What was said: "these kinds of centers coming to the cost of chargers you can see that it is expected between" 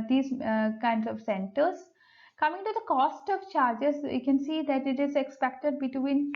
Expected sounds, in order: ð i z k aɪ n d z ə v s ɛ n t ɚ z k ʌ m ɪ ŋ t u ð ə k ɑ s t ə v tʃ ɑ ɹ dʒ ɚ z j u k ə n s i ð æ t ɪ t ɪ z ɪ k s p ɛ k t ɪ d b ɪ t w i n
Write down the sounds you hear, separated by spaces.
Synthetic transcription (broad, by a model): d i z k aɪ n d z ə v s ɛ n t ɚ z k ʌ m ɪ ŋ t u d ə k ɑ s t ə v tʃ ɑ ɹ dʒ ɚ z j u k ə n s i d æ t ɪ t ɪ z ɪ k s p ɛ k t ɪ d b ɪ t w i n